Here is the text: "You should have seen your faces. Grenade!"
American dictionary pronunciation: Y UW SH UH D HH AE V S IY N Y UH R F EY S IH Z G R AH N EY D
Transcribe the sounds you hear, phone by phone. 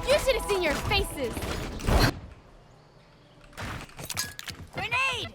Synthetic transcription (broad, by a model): Y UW SH UH D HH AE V S IY N Y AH R F EY S IH Z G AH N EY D